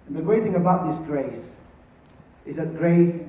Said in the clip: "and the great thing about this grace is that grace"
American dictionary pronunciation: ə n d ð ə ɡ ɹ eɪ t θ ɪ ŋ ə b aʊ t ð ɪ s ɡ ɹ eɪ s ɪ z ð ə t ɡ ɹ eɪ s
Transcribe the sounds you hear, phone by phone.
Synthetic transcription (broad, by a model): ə n ð ə ɡ ɹ eɪ t θ ɪ ŋ ə b aʊ t ð ɪ s ɡ ɹ eɪ s ɪ z ð ə t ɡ ɹ eɪ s